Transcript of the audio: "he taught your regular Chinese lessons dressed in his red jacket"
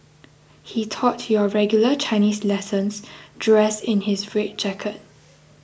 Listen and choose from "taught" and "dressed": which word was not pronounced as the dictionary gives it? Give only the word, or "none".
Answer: dressed